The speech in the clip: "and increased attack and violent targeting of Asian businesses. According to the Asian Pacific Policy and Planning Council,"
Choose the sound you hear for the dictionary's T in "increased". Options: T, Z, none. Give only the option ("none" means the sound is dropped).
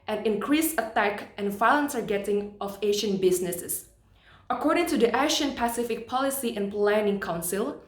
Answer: none